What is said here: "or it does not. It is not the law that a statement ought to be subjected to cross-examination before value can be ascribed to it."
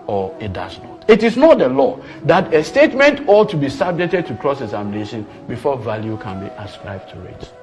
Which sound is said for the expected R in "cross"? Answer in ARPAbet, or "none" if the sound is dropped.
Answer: R